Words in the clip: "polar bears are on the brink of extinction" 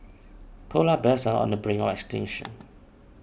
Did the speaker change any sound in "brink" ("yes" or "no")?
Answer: yes